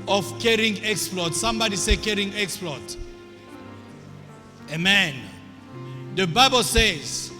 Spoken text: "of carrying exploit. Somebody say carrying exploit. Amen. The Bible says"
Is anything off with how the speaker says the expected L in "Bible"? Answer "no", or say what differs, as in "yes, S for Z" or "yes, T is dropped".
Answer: no